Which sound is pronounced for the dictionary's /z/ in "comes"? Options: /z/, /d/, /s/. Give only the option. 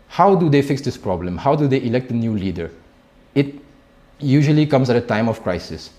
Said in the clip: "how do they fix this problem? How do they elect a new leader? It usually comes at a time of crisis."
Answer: /s/